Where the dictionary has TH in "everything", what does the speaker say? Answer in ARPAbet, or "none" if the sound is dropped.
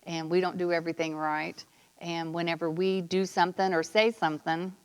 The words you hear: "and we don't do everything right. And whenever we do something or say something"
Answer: TH